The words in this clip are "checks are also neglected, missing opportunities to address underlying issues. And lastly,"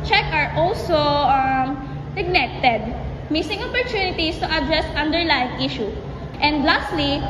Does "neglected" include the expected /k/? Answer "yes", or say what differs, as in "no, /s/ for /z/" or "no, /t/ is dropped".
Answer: no, /k/ is dropped